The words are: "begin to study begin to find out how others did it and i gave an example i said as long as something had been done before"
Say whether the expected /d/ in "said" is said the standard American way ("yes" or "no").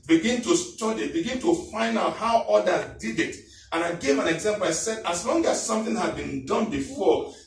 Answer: yes